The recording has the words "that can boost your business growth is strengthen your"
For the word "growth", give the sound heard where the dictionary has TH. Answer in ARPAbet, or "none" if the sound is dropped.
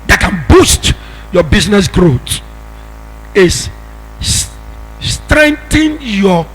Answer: T